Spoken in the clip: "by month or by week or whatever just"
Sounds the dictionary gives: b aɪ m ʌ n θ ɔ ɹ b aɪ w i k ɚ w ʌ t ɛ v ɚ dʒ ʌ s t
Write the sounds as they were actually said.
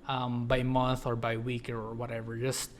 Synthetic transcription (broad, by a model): b aɪ m ʌ n θ ɔ ɹ b aɪ w i k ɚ w ʌ t ɛ v ɚ dʒ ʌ s t